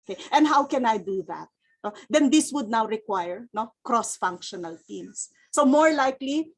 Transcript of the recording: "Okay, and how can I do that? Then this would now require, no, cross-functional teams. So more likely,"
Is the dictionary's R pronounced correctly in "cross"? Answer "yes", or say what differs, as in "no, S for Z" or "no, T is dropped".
yes